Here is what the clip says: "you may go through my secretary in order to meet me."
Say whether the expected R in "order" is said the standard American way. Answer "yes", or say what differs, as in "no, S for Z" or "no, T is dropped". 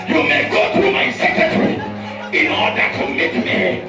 no, L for R